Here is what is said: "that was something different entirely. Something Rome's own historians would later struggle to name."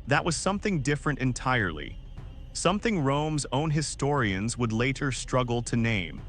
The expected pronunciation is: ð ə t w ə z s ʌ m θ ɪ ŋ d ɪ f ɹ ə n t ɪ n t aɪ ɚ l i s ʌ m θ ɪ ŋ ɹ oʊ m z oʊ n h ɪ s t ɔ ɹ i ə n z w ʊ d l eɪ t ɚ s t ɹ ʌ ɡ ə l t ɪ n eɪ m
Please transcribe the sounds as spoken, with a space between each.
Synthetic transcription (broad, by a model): ð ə t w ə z s ʌ m θ ɪ ŋ d ɪ f ɹ ə n t ɪ n t aɪ ɚ l i s ʌ m θ ɪ ŋ ɹ oʊ m z oʊ n h ɪ s t ɔ ɹ i ə n z w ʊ d l eɪ t ɚ s t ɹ ʌ ɡ l t ɪ n eɪ m